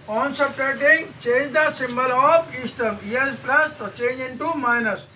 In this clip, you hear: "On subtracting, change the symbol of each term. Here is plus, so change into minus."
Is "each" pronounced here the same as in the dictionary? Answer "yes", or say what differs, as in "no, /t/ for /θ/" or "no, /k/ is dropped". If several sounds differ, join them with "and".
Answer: no, /s/ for /tʃ/